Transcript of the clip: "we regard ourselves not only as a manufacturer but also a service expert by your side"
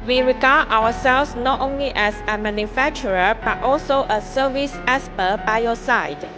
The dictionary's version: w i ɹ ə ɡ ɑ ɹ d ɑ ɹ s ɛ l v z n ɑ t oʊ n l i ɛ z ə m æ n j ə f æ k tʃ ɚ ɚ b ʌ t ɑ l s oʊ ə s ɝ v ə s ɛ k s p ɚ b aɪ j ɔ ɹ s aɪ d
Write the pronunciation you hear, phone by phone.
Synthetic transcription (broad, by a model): w i ɹ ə ɡ ɑ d ɑ w s ɛ l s n ɑ t oʊ n l i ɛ s ə m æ n j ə f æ k tʃ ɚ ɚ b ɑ t ɑ l s oʊ ə s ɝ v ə s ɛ s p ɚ b aɪ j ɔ s aɪ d